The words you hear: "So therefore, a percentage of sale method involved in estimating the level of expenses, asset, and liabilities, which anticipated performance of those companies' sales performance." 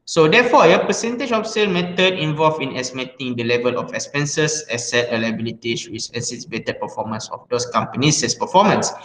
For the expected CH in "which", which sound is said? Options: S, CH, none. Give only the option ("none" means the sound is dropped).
S